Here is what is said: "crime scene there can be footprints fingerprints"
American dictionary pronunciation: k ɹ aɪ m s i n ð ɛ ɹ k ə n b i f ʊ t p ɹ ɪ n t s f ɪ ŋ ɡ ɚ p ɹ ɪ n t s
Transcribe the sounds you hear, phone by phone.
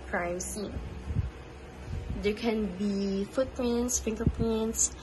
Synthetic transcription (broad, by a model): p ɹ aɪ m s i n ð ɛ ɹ k ə n b i f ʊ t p l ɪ n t s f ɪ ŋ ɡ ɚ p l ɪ n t s